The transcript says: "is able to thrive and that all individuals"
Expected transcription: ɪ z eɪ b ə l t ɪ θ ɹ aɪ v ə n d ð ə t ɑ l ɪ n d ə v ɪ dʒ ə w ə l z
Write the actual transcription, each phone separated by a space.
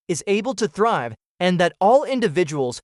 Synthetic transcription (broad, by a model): ɪ z eɪ b ə l t ɪ θ ɹ aɪ v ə n ð ə t ɑ l ɪ n d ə v ɪ dʒ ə w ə l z